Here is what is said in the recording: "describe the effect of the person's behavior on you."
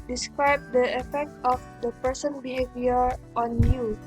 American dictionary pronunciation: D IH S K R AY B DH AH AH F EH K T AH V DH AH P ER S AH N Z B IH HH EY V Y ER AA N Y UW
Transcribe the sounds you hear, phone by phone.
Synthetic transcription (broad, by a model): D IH S K R AY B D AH AH F EH K T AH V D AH P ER S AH N B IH HH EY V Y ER AA N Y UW